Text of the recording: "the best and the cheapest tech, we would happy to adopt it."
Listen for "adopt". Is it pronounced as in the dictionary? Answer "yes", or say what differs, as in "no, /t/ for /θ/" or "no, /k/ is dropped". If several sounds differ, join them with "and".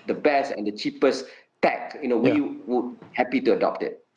yes